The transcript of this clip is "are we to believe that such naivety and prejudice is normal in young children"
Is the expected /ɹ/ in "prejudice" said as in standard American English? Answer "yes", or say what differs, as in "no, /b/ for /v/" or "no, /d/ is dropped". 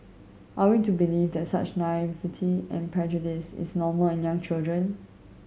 yes